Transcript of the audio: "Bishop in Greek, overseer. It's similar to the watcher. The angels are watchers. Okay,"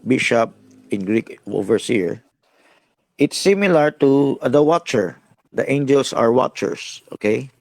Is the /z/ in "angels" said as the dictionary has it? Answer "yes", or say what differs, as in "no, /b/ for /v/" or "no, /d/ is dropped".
no, /s/ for /z/